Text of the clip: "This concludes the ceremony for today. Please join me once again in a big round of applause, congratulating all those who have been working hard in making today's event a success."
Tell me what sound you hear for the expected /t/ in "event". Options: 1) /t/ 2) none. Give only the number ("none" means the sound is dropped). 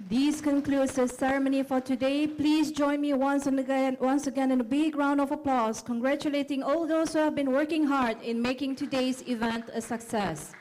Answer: 1